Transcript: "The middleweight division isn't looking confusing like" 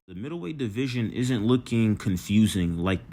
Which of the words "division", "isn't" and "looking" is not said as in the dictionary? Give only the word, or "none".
none